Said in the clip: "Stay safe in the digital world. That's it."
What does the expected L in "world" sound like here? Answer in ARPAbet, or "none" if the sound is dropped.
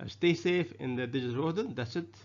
none